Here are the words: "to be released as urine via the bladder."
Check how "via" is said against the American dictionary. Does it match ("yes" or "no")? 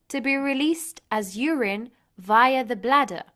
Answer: yes